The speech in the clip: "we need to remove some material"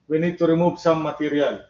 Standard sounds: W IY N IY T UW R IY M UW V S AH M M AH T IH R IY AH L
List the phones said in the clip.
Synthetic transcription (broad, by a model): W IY N IY T UW R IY M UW B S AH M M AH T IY R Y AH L